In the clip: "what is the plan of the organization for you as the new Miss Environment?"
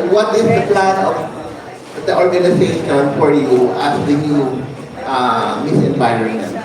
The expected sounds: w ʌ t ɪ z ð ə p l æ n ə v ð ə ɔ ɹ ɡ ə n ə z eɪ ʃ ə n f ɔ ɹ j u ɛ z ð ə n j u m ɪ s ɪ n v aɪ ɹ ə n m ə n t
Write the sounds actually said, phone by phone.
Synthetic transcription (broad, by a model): w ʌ t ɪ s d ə p l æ n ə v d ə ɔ ɹ ɡ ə n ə s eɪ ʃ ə n f ɔ ɹ j u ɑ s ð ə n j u m ɪ s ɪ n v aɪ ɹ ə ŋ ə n